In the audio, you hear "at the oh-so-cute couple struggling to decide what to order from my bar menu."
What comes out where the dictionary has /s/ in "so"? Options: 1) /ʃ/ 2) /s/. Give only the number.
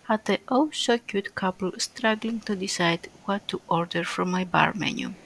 1